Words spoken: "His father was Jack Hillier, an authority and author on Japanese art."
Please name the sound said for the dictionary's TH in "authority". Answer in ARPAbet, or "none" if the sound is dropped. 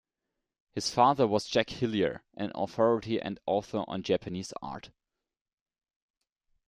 TH